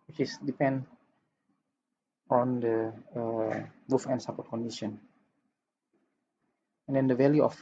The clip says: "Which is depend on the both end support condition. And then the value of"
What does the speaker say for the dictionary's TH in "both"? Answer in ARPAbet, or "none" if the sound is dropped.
F